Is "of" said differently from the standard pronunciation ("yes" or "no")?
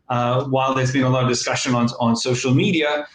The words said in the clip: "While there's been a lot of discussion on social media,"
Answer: no